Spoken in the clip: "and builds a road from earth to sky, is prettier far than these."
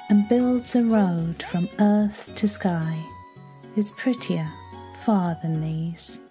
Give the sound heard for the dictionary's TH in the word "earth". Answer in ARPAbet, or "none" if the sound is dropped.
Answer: TH